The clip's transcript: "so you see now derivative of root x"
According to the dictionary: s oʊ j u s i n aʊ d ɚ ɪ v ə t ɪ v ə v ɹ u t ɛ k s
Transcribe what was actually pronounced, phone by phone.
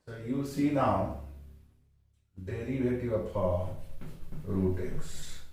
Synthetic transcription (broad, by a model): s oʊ j u s i n aʊ d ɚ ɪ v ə t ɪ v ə p ɹ u t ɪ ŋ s